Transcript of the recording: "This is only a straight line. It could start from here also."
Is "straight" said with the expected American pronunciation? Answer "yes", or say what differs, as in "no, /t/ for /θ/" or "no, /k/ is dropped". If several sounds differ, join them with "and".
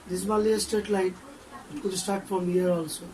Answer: no, /ɹ/ is dropped